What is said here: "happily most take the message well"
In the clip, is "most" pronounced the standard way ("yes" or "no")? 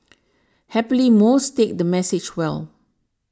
yes